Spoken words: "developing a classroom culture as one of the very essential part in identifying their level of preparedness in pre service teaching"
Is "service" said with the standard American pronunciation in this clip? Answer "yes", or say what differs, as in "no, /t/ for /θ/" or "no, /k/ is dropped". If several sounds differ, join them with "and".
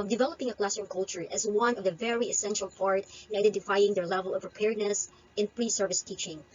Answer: yes